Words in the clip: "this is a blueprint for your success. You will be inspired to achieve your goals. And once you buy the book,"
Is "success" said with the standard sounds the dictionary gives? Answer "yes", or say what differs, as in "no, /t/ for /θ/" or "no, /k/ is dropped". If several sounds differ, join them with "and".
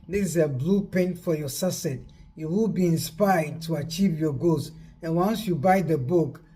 no, /k/ is dropped